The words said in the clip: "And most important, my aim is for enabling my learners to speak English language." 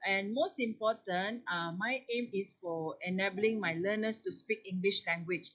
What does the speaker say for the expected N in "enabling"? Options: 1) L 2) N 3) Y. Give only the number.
2